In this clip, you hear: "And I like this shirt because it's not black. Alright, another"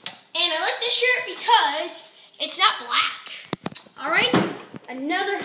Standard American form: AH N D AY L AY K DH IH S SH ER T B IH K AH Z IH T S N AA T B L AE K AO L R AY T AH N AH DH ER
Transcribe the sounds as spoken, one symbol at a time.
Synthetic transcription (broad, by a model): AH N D AY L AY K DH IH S SH ER T B IH K AH Z IH T S N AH T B L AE K AO L R AY T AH N AH DH ER